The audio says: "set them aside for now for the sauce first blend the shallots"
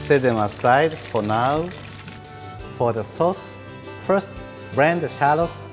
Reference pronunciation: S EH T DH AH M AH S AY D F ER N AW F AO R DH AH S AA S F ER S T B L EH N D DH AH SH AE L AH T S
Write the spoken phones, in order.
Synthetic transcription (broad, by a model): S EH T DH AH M AH S AY D F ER N AW F AO R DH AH S AA S F ER S T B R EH N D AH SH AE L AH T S